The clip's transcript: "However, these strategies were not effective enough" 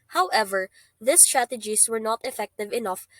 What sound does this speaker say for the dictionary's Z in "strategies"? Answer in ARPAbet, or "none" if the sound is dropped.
S